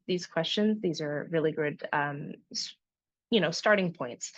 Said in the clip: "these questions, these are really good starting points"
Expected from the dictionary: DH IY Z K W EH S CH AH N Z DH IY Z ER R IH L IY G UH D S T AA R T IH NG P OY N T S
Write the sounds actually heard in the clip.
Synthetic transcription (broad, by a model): DH IY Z K W EH S CH AH N Z DH IY Z ER R IH L IY G UH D S T AA R T IH NG P OY N T S